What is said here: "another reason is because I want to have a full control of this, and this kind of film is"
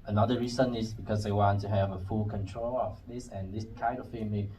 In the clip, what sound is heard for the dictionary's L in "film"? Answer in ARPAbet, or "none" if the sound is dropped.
none